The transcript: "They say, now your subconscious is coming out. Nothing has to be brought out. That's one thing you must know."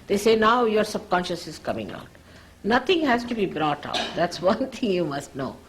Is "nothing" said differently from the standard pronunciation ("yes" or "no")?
yes